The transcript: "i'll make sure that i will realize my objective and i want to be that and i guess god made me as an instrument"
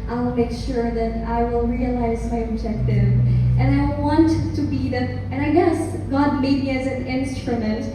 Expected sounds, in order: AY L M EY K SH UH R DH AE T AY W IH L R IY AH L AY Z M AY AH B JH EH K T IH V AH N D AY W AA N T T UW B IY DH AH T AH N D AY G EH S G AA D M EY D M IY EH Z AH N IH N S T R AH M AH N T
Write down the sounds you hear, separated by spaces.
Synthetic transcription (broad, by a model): AY L M EY K SH UH R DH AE T AY W IH L R IY AH L AY Z M AY AH B JH EH K T IH V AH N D AY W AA N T T UW B IY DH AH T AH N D AY G EH S G AA D M EY D M IY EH Z AH N IH N S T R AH M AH N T